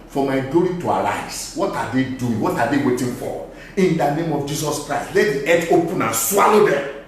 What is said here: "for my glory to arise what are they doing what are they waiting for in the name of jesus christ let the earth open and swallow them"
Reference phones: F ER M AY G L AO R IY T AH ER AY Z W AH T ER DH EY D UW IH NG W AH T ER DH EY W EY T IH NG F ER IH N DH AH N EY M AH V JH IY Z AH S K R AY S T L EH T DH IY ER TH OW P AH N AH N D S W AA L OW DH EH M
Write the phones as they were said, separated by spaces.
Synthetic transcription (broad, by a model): F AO M AY G L AO R IY T AH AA AY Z W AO T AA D EY D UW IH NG W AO T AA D EY W EY T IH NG F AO IH N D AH N EY M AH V JH IY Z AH S K R AY S T L EH T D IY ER T OW P AH N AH N S W AA L OW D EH M